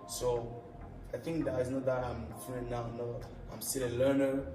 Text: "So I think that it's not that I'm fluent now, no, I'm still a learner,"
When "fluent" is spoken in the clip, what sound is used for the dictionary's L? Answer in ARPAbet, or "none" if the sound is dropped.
none